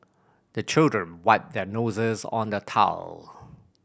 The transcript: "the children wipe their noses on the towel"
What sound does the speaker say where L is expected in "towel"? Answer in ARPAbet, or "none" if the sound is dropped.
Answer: L